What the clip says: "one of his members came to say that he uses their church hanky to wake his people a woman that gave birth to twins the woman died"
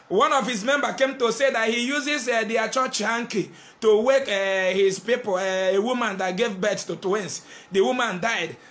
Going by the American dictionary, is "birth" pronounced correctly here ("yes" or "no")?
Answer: no